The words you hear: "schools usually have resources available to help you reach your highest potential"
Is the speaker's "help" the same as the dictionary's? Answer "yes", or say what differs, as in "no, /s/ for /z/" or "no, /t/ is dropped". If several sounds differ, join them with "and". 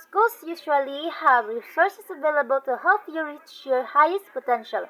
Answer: no, /f/ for /p/